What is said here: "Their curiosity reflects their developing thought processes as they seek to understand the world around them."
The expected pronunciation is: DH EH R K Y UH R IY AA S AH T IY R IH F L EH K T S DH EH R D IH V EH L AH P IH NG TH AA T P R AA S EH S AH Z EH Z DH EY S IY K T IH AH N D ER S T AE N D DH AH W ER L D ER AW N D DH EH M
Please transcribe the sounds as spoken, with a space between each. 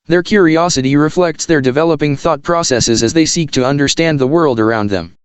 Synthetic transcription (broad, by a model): DH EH R K Y UH R IY AA S AH T IY R IH F L EH K T S DH EH R D IH V EH L AH P IH NG TH AA T P R AA S EH S AH Z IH Z DH EY S IY K T IH AH N D ER S T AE N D DH AH W ER L D ER AW N D DH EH M